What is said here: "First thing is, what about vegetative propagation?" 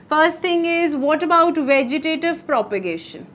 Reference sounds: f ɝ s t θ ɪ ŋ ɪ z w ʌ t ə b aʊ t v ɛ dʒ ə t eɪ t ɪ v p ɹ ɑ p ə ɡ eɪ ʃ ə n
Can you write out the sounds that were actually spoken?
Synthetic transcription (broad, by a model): f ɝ s t t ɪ ŋ ɪ z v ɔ t ə b aʊ t v ɛ dʒ ə t eɪ t ɪ v p ɹ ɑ p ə ɡ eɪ ʃ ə n